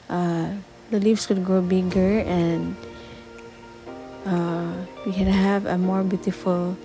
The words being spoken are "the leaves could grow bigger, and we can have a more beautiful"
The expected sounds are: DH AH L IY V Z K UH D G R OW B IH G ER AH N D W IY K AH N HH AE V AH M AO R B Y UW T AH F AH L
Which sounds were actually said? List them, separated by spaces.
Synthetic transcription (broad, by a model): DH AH L IY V S K UH D G R OW B IH G ER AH N D W IY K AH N HH AE V AH M AO R B Y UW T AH F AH L